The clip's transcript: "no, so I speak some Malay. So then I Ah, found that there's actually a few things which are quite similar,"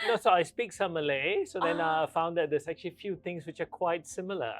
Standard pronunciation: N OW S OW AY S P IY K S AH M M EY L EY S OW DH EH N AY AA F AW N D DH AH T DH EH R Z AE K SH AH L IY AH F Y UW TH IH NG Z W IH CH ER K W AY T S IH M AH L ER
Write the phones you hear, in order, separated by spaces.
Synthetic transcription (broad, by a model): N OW S OW AY S P IY K S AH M M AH L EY S OW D EH N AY AA F AW N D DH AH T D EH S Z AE K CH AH L IY F Y UW T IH NG S W IH CH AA K W AY T S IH M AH L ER